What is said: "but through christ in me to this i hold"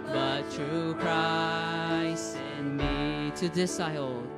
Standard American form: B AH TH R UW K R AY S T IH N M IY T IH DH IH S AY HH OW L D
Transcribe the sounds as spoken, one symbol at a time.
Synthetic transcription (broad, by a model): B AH T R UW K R AY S IH N M IY T IH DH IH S AY L